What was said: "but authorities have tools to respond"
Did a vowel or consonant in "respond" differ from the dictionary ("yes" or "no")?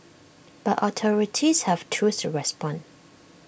yes